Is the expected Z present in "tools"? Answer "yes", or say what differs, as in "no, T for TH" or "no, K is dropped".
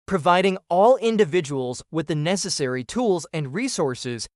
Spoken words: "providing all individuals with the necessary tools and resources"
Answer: yes